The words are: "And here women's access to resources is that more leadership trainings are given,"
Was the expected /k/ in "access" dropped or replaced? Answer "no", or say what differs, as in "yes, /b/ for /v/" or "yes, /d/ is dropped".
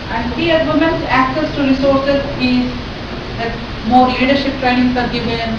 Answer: no